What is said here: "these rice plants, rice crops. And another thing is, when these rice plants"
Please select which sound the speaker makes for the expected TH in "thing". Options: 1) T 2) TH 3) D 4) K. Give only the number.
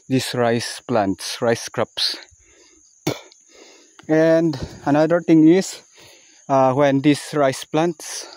1